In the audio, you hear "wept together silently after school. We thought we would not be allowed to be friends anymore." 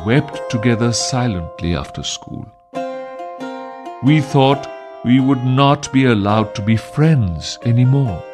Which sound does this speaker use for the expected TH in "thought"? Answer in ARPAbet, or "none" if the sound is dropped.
TH